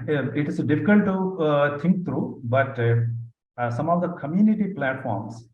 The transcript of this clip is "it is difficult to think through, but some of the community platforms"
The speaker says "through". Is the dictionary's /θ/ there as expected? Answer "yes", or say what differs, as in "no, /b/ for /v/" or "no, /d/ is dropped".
no, /t/ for /θ/